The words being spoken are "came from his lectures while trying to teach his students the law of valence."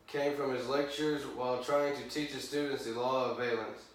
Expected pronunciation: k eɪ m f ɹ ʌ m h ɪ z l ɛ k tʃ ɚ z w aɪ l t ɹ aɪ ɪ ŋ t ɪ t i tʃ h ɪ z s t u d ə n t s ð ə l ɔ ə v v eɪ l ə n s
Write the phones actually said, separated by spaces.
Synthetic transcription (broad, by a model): k eɪ m f ɹ ʌ m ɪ z l ɛ k tʃ ɚ z w aɪ l t ɹ aɪ ɪ ŋ t ɪ t i tʃ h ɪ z s t u d n t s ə l ɔ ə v v eɪ l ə n s